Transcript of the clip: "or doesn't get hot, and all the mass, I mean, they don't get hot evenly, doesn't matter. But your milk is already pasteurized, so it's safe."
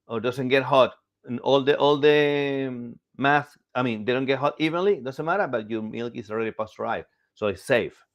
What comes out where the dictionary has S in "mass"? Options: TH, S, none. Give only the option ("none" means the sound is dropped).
TH